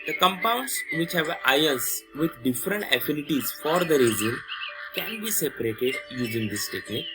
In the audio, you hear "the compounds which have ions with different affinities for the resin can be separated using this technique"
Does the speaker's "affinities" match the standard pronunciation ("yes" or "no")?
yes